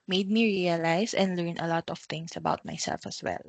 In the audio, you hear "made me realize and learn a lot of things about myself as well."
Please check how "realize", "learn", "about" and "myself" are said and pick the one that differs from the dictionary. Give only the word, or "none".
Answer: realize